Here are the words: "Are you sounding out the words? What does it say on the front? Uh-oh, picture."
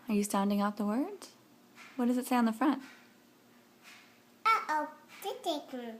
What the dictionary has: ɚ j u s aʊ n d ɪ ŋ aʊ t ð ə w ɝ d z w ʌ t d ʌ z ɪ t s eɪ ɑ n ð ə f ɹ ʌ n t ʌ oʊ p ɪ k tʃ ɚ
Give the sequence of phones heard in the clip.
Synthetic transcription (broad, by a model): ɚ j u s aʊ n d ɪ ŋ aʊ t ð ə w ɝ d z w ʌ t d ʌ z ɪ t s eɪ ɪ n ð ə f ɹ ʌ n t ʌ oʊ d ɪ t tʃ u